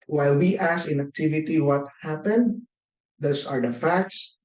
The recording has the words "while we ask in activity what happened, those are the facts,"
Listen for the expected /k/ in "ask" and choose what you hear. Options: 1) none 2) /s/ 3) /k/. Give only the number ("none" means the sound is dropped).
1